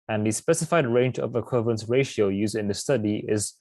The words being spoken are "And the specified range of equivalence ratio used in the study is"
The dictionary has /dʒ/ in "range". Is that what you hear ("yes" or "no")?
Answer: yes